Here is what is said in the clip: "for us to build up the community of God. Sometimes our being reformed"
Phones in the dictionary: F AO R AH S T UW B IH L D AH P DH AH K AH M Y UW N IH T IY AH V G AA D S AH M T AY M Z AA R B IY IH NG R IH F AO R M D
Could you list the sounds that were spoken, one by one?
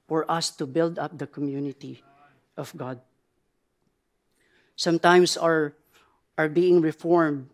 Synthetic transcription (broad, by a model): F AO R AH S T UW B IH L D AH P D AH K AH M Y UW N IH T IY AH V G AA D S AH M T AY M S AA R B IY IH NG R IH F AO R M D